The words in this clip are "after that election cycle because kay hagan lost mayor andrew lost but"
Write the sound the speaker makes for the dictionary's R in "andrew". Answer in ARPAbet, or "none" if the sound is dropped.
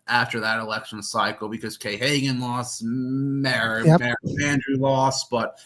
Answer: R